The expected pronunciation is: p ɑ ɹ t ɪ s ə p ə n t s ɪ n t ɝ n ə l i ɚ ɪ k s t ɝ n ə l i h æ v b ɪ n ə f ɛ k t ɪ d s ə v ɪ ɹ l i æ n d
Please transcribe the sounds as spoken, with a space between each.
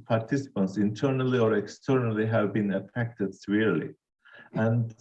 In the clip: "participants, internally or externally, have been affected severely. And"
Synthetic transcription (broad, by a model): p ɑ ɹ t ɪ s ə p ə n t s ɪ n t ɝ n ə l i ɚ ɪ k s t ɝ n ə l i h æ v b ɪ n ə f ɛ k t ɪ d s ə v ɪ ɹ l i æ n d